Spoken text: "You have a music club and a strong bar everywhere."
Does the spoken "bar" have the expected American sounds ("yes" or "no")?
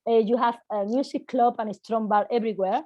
no